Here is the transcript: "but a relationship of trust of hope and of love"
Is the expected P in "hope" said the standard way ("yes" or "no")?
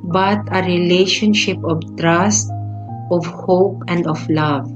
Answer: yes